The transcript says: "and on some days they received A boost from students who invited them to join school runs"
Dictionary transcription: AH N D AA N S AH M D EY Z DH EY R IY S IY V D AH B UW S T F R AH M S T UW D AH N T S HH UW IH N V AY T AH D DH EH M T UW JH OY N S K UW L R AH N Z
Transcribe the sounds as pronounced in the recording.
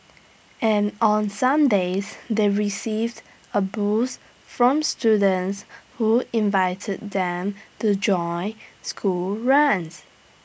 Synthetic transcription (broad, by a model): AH N AA N S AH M D EY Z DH EY R IY S IY V D AH B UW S F R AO M S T UW D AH N T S HH UW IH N V AY T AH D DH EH M T UW JH OY N S K UW L R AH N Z